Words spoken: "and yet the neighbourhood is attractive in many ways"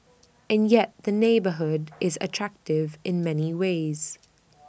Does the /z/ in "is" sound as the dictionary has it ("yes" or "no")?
yes